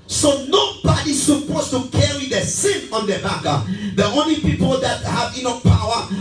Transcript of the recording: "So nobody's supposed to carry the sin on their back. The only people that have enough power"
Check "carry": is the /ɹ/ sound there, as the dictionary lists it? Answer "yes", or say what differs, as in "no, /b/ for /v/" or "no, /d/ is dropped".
yes